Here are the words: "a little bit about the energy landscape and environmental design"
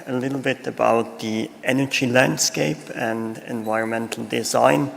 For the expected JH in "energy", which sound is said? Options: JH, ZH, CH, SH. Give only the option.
JH